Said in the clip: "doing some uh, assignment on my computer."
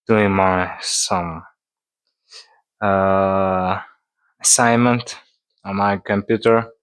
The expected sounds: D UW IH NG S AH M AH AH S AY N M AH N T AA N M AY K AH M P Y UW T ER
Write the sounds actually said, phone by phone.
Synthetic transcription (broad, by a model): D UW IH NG S AH M AH AH S AY N M AH N T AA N M AY K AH M P Y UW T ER